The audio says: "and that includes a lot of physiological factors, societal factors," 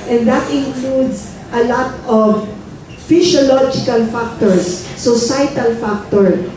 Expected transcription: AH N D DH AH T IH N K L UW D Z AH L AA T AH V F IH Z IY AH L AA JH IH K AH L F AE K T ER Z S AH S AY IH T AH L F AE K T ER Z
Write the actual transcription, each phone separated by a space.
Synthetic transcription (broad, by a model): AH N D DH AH T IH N K L UW D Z AH L AA T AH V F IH S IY L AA JH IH K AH L F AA K T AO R S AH S AY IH T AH L F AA K T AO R